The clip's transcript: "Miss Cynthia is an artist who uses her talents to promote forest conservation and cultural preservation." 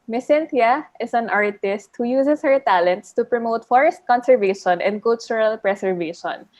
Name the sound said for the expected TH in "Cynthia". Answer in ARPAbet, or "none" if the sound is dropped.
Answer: T